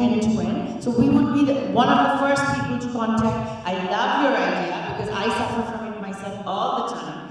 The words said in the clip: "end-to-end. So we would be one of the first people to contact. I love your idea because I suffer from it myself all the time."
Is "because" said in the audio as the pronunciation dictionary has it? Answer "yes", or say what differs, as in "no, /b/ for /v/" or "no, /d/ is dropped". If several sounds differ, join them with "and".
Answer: yes